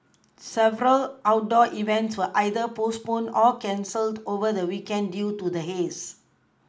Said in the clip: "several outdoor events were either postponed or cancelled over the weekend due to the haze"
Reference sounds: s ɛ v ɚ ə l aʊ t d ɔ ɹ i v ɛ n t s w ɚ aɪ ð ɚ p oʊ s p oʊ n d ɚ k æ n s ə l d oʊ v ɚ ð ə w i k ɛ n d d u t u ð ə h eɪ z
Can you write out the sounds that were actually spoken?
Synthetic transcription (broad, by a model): s ɛ v ɚ ə l aʊ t d ɔ i v ɛ n t s w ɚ aɪ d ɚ p oʊ s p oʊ n ɔ k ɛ n s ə l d oʊ v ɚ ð ə w i k ɛ n d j u t u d ə h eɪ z